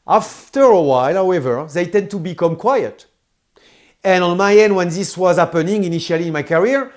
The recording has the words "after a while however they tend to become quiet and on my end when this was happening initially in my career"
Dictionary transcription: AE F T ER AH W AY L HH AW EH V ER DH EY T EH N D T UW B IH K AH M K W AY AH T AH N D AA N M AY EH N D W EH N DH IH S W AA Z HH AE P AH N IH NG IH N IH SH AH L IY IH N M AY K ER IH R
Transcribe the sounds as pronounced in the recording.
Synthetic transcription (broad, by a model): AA F T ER AH W AY L HH AW EH V ER DH EY T EH N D T UW B IH K AH M K W AY AH T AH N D AA N M AY EH N D W EH N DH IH S W AA Z HH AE P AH N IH NG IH N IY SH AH L IY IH N M AY K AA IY R